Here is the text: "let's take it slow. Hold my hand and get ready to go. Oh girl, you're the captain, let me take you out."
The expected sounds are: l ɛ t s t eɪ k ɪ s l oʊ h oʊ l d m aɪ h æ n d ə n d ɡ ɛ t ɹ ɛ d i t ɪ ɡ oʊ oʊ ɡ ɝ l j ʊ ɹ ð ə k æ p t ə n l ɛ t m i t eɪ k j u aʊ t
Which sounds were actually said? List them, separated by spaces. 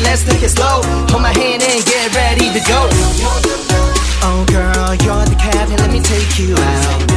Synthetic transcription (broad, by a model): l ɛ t s t eɪ k ɪ s l oʊ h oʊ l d m aɪ h æ n d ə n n ɡ ɛ t ɹ ɛ d i t ɪ ɡ oʊ oʊ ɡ ɝ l j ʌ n ð ə k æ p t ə n l ɛ t m i t eɪ k j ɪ aʊ t